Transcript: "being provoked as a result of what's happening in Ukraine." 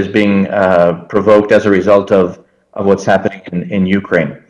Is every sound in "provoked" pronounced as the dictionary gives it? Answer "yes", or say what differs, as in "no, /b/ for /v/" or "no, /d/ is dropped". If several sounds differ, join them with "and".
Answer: yes